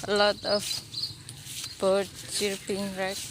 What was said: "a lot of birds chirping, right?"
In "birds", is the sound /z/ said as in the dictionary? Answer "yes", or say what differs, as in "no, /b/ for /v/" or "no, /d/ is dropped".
no, /z/ is dropped